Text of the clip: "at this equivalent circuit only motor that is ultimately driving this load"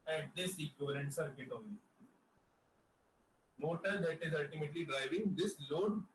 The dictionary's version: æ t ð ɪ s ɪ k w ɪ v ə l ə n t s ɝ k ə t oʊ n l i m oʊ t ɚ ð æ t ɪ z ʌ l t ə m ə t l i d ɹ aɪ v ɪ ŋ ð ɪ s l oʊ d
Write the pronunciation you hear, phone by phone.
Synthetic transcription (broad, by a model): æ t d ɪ s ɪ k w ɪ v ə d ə n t s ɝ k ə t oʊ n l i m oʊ t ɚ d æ t ɪ z ʌ l t ə m ə t l i d ɹ aɪ v ɪ ŋ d ɪ s l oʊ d